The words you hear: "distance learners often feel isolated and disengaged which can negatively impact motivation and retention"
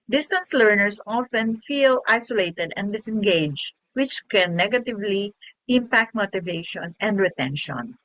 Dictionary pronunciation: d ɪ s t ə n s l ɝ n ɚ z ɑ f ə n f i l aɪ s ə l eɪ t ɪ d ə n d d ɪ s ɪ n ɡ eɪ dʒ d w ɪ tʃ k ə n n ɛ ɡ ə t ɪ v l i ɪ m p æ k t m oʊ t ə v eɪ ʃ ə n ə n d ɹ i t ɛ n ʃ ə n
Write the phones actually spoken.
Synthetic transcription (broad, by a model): d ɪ s t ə n s l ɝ n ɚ s ɑ f ə n f i l aɪ s ə l eɪ t ɪ d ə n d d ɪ s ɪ n ɡ eɪ dʒ w ɪ tʃ k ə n n ɛ ɡ ə t ɪ v l i ɪ m p æ k t m oʊ t ə v eɪ ʃ ə n ə n d ɹ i t ɛ n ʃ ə n